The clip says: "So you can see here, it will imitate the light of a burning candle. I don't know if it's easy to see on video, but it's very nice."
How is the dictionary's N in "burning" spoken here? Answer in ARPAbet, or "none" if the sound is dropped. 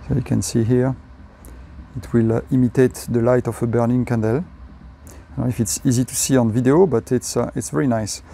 N